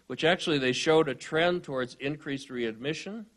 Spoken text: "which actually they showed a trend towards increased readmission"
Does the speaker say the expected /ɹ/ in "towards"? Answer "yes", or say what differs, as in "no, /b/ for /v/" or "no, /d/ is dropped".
yes